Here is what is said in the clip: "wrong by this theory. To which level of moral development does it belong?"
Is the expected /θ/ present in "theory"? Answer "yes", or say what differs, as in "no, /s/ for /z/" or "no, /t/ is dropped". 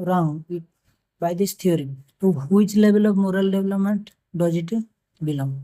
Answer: no, /t/ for /θ/